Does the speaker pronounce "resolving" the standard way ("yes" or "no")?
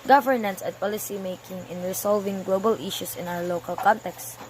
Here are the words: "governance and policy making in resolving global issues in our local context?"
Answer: no